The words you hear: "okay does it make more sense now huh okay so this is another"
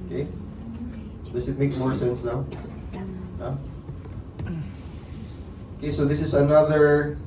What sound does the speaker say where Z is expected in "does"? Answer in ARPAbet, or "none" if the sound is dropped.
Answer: S